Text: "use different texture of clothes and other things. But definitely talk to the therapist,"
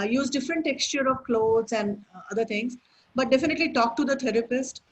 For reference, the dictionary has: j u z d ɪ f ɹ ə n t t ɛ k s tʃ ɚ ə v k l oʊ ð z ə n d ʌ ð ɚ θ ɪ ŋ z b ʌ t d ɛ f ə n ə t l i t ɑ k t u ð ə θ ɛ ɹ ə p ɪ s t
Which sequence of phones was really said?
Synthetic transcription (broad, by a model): j u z d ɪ f ɹ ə n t t ɛ k s tʃ ɚ ə v k l oʊ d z ə n d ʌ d ɚ t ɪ ŋ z b ʌ t d ɛ f ə n ə t l i t ɑ k t u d ə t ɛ ɹ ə p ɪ s t